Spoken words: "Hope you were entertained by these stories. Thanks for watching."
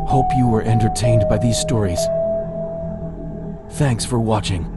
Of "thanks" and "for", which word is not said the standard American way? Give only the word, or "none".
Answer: none